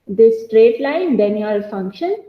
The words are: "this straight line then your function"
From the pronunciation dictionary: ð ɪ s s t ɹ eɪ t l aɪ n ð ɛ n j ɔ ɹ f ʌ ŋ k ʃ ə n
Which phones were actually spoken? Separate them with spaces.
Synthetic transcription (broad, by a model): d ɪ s s t ɹ eɪ t l aɪ n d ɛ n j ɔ l f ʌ ŋ k ʃ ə n